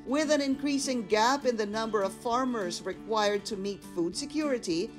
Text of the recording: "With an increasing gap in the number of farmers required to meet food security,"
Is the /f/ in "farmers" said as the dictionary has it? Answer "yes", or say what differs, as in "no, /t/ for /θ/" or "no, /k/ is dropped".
yes